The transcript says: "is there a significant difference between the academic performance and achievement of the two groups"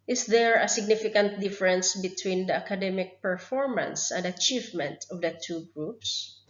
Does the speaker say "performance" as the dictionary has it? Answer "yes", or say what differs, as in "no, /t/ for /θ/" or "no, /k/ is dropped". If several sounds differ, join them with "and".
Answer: yes